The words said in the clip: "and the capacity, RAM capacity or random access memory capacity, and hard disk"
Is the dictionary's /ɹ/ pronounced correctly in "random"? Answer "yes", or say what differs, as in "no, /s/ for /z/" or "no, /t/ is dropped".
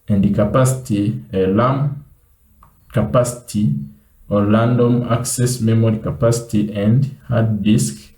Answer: no, /l/ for /ɹ/